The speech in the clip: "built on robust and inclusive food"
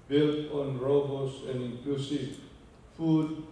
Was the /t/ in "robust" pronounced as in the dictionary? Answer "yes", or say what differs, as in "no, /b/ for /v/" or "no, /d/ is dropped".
no, /t/ is dropped